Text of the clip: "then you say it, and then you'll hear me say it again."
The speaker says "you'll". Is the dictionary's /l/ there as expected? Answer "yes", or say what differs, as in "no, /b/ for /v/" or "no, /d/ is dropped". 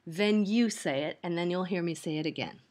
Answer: yes